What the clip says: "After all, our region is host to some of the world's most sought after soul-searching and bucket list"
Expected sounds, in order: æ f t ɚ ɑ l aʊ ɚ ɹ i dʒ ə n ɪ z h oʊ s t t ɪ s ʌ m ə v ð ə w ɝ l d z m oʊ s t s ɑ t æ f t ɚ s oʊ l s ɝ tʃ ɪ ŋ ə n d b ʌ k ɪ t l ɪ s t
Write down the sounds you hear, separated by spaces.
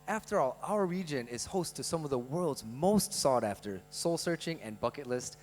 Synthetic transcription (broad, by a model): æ f t ɚ ɑ l aʊ ɚ ɹ i dʒ ə n ɪ z h oʊ s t t ɪ s ʌ m ə v ð ə w ɝ l d z m oʊ s t s ɑ t æ f t ɚ s oʊ l s ɝ tʃ ɪ ŋ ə n b ʌ k ɪ t l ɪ s t